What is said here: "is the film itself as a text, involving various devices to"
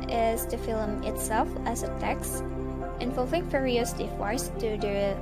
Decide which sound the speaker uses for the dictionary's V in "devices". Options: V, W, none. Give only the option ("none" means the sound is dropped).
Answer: W